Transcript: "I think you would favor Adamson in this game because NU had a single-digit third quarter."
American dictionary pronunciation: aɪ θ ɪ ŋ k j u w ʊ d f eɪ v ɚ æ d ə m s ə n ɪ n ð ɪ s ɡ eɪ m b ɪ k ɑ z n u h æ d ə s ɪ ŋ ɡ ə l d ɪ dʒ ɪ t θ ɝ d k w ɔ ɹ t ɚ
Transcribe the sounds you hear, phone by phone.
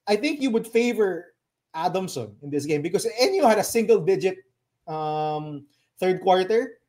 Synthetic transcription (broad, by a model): aɪ θ ɪ ŋ k j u w ʊ d f eɪ v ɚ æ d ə m s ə n ɪ n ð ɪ s ɡ eɪ m b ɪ k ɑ s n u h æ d ə s ɪ ŋ ɡ ə l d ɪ dʒ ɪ t θ ɝ d k w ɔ ɹ t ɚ